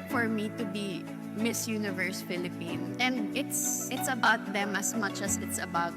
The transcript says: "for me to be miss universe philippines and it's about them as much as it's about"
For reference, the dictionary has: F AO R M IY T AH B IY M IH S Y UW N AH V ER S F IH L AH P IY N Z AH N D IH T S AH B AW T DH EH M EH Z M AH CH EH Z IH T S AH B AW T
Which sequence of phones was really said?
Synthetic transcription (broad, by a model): F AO R M IY T AH B IY M IH S Y UW N AH V ER S F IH L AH P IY N AH N D IH T S AH B AW T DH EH M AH S M AH CH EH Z IH T S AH B AW T